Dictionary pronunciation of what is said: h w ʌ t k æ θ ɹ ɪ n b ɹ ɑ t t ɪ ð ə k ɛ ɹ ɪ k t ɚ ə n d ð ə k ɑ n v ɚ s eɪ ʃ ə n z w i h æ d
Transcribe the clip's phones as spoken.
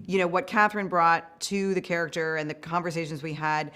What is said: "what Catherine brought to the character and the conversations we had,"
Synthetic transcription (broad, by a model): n w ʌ t k æ θ ɹ ɪ n b ɹ ɑ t t ɪ ð ə k ɛ ɹ ɪ k t ɚ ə n ð ə k ɑ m v ɚ s eɪ ʃ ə n z w i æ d